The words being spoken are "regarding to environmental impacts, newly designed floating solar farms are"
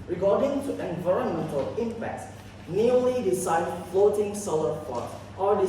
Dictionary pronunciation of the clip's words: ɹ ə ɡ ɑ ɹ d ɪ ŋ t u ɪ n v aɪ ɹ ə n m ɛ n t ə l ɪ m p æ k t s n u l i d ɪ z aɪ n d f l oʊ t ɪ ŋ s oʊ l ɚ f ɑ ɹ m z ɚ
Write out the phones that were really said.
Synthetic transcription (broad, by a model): ɹ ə ɡ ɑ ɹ d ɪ ŋ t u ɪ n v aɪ ɹ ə n m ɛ n t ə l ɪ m p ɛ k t s n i l i d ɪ s aɪ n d f l oʊ t ɪ ŋ s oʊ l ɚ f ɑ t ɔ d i